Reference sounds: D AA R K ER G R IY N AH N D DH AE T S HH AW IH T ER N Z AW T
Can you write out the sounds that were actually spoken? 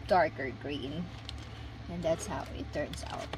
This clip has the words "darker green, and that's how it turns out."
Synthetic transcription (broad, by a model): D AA R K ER G R IY N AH N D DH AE T S HH AW IH T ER N S AW T